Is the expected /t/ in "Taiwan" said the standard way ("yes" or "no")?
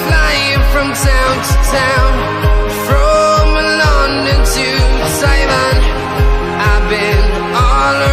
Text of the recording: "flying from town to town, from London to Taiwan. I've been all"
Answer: no